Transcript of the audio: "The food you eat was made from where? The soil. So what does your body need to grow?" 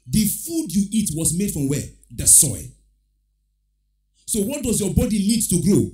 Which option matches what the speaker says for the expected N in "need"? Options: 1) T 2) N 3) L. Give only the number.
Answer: 3